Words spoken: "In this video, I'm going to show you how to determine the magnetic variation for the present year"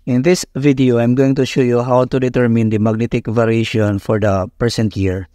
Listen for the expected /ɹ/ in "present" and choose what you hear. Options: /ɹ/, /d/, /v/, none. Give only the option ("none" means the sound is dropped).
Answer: none